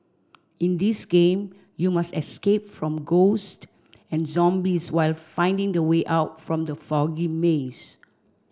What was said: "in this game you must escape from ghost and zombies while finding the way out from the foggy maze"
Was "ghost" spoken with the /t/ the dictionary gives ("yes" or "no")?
yes